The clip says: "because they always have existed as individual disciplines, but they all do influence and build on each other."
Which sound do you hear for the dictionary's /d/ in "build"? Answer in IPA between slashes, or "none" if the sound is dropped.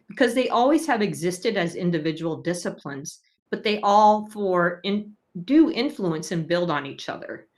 /d/